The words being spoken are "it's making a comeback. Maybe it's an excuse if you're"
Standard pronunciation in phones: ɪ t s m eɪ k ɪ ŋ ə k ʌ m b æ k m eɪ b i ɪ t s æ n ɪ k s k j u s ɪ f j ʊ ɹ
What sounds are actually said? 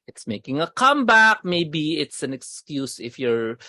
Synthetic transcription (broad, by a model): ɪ t s m eɪ k ɪ ŋ ə k ʌ m b æ k m eɪ b i ɪ t s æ n ɪ k s k j u s ɪ f j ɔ ɹ